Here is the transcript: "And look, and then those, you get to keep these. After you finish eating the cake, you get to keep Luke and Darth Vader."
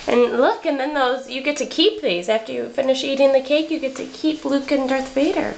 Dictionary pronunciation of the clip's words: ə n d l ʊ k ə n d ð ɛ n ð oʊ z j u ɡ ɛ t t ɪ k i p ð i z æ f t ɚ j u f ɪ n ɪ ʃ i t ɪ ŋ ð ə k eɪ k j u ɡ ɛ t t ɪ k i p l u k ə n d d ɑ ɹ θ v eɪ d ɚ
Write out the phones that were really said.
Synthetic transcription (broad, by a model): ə n l ʊ k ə n ð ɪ n ð oʊ z j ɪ ɡ ɛ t t ɪ k i p ð i z æ f t ɚ j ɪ f ɪ n ɪ ʃ i t ɪ ŋ ð ə k eɪ k j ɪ ɡ ɛ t t ɪ k i p l u k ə n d d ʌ ɹ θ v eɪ d ɚ